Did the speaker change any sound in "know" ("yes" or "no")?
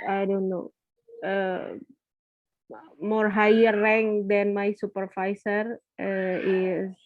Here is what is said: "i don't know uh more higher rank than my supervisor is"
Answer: no